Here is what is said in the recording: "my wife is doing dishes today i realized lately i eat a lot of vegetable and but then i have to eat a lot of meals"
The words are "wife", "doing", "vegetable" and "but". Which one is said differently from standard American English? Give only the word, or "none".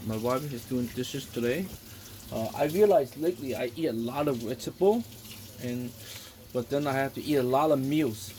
vegetable